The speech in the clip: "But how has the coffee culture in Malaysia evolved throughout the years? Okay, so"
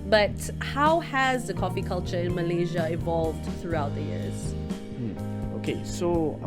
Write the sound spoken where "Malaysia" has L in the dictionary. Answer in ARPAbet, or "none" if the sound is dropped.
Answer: L